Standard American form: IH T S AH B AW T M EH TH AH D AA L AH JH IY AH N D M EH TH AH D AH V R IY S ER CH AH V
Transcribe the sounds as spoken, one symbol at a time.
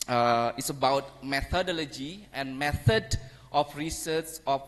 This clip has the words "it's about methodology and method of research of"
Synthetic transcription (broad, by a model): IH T S AH B AW T M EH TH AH D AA L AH JH IY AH N M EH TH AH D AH F R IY S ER S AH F